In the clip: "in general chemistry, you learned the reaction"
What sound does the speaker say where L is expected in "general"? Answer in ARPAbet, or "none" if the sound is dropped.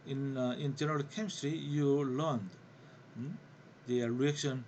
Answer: L